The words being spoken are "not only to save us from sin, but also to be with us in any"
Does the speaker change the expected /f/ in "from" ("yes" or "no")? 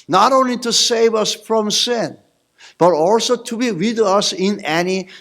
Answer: no